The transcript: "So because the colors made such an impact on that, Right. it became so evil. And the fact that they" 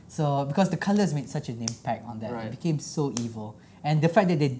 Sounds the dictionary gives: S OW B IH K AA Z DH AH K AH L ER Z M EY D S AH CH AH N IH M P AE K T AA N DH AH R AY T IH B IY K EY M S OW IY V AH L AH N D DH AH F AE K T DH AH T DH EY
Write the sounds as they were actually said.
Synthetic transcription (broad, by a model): S OW B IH K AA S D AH K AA L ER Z M EY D S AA CH AH N IH M P AE K T AA N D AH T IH B IY K EY M S OW IY V AH L AH N D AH F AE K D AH T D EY